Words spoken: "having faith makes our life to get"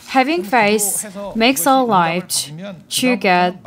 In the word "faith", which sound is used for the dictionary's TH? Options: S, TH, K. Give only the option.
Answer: S